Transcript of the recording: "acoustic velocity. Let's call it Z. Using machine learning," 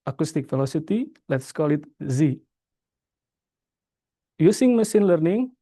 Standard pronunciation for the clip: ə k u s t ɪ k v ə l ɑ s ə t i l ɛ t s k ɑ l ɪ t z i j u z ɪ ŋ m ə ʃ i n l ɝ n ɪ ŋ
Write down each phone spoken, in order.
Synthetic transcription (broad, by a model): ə k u s t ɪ k f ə l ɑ s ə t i l ɛ t s k ɑ l ɪ t z i j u s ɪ ŋ m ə s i n l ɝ n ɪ ŋ